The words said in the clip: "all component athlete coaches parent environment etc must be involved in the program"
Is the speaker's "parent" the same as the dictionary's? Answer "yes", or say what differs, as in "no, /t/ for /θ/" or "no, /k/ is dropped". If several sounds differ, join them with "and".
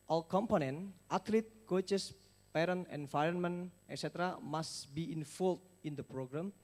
no, /t/ is dropped